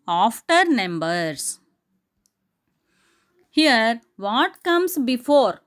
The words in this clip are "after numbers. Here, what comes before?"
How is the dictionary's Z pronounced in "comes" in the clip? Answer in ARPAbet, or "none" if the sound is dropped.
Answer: S